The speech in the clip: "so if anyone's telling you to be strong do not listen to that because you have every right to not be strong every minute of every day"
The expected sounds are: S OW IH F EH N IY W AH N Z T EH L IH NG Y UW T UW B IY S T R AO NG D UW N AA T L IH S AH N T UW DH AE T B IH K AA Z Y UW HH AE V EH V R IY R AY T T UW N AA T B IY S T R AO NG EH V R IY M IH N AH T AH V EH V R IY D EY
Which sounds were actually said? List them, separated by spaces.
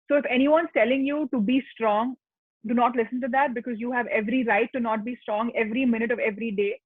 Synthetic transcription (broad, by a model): S OW IH F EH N IY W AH N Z T EH L IH NG Y UW T UW B IY S T R AO NG D UW N AA T L IH S AH N T UW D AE T B IH K AA Z Y UW HH AE V EH V R IY R AY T T UW N AA T B IY S T R AO NG EH V R IY M IH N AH T AH V EH V R IY D EY